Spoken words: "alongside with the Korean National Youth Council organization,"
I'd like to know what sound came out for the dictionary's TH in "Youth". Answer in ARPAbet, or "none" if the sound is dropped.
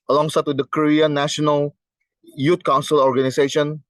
T